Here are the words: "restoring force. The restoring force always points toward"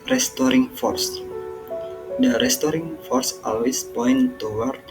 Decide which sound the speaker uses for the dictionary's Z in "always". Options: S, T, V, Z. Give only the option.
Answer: S